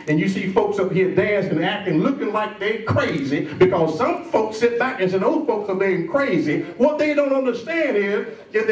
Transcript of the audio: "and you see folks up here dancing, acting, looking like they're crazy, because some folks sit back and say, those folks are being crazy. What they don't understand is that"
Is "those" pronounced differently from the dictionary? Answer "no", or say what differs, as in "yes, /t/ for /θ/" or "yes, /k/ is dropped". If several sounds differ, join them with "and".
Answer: yes, /z/ is dropped